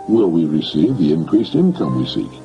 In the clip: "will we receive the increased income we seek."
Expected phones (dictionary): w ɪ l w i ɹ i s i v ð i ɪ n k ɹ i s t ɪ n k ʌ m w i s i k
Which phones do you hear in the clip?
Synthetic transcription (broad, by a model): w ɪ l w i ɹ i s i v ð i ɪ n k ɹ i s t ɪ n k ʌ m w i s i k